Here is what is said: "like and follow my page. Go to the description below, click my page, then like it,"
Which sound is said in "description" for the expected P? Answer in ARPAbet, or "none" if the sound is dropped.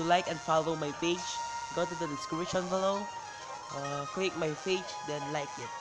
none